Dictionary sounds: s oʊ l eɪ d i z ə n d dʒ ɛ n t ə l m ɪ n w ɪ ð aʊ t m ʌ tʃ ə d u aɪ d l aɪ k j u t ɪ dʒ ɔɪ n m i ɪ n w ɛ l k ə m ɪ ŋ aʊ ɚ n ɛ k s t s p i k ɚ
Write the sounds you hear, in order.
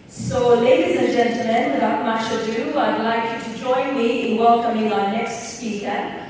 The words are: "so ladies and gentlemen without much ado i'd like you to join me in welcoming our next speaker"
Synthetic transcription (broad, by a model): s oʊ l eɪ d i z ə n dʒ ɛ n t l m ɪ n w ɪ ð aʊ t m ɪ ʃ ə d u aɪ d l aɪ k j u t ɪ dʒ ɔɪ n m i ɪ n w ɛ l k ə m ɪ ŋ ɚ n ɛ k s t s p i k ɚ